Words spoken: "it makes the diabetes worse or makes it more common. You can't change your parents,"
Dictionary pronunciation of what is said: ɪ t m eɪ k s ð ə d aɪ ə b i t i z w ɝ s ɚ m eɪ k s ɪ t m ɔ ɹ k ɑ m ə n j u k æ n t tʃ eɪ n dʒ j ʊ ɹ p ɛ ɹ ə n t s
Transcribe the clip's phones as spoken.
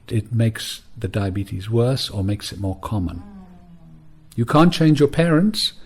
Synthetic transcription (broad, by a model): ɪ t m eɪ k s ð ə d aɪ ə b i t i z w ɝ s ɚ m eɪ k s ɪ t m ɔ ɹ k ɑ m ə n j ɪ k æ n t tʃ eɪ n dʒ j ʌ ɹ p ɛ ɹ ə n t s